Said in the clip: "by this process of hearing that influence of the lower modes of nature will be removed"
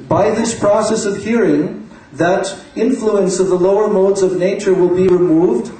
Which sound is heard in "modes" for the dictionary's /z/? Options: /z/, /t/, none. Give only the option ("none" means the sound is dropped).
/z/